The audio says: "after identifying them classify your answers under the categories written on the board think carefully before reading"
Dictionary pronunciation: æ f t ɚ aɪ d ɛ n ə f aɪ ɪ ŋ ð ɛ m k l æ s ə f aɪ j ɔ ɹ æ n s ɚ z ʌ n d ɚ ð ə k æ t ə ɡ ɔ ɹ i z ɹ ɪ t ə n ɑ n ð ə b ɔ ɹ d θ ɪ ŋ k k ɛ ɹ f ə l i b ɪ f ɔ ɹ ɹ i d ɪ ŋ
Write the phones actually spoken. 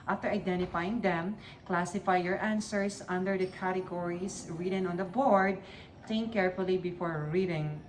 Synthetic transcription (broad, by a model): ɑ f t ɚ aɪ d ɛ n ə f aɪ ɪ ŋ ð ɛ m k l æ s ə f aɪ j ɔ ɹ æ n s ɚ s ʌ n d ɚ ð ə k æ t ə ɡ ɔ ɹ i s ɹ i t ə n ɑ n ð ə b ɔ ɹ d t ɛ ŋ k k ɛ ɹ f ə l i b ɪ f ɔ ɹ ɹ i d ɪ ŋ